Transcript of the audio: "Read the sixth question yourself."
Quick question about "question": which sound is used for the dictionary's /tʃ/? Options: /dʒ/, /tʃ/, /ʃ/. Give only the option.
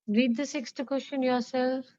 /ʃ/